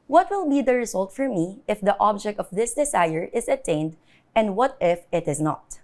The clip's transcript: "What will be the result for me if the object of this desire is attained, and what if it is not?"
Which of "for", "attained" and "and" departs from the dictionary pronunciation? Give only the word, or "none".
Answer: none